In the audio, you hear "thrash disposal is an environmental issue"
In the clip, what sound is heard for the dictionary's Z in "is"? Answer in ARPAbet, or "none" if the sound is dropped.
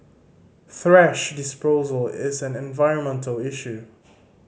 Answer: Z